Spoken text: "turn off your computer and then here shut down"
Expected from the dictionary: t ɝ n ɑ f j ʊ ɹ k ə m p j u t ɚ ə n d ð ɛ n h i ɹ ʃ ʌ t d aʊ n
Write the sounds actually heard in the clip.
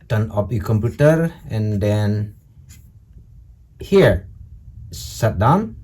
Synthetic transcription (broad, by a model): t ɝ n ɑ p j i k ə m p j u t ɚ ə n d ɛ n h i ɹ s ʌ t d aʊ n